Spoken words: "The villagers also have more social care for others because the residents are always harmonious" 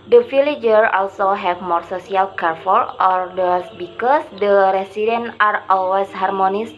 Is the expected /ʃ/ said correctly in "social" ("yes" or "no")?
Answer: no